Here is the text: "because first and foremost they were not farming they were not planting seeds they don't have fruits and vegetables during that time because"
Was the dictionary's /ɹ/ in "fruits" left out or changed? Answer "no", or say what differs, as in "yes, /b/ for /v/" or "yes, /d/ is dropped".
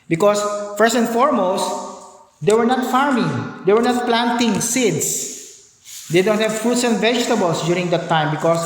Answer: yes, /ɹ/ is dropped